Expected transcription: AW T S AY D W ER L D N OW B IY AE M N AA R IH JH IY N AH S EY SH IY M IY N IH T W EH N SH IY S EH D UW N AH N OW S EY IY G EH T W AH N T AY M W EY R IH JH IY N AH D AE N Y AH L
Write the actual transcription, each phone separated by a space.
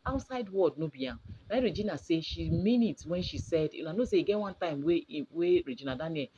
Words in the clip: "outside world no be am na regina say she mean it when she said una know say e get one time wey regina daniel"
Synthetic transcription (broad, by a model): AW T S AY D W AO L D N OW B IY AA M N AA R IH JH IY N AH S EY SH IY M IY N IH T W EH N SH IY S EH D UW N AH N OW S EY IY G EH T W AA N T AY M W EY R IH JH IY N AH D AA N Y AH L